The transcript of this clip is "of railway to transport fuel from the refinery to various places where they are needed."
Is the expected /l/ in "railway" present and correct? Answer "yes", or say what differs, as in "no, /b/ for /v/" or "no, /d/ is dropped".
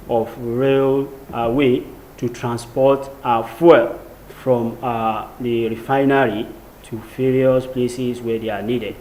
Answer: yes